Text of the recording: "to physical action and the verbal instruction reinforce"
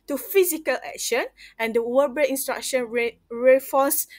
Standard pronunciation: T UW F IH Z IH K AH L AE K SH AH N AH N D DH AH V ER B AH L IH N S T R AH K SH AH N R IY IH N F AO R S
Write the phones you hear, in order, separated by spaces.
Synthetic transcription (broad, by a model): T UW F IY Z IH K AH L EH K SH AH N AH N D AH W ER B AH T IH N S T R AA K SH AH N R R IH F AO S